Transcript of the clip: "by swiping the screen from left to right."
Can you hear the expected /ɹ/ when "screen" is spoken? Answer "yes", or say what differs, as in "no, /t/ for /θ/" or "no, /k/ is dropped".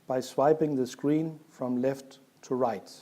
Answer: yes